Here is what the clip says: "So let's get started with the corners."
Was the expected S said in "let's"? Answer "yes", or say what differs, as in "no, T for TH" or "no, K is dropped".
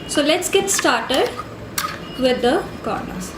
yes